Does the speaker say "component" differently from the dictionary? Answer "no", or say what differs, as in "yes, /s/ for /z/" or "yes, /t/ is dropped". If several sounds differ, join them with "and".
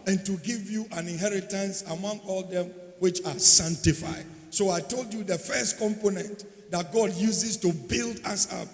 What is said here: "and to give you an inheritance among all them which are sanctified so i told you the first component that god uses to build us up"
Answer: no